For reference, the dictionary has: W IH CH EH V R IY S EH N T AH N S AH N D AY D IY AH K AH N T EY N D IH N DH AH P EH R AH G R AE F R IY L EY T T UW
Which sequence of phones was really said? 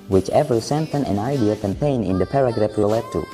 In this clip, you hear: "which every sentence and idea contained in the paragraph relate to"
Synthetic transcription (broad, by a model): W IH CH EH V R S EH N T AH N AH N AY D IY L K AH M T EY N IH N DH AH P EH R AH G R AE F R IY L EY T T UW